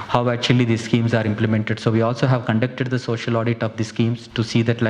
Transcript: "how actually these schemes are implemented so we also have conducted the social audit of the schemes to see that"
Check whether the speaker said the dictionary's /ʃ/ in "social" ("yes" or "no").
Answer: yes